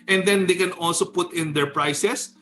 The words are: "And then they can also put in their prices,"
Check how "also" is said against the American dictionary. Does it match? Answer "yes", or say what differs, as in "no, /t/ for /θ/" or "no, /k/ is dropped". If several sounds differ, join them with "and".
yes